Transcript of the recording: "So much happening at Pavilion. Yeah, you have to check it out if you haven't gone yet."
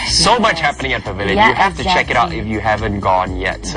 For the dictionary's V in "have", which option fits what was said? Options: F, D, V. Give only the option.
F